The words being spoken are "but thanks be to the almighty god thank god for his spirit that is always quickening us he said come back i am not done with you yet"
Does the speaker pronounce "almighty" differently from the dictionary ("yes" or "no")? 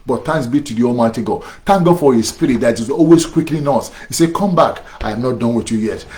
no